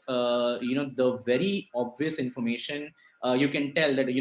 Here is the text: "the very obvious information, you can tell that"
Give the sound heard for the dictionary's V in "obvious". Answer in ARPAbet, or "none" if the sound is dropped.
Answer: V